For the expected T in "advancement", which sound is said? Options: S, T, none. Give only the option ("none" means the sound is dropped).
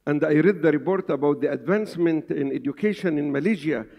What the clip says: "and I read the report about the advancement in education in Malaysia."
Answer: T